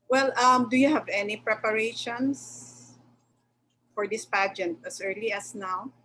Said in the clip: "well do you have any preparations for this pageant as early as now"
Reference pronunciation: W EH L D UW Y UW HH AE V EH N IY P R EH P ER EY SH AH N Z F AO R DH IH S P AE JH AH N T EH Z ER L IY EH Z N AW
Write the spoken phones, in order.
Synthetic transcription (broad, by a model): W EH L D UW Y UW HH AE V EH N IY P R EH P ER EY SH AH N S F AO R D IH S P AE JH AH N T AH S ER L IY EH S N AW